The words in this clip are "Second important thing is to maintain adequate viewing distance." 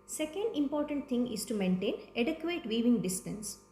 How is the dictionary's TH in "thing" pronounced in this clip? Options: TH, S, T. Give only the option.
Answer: T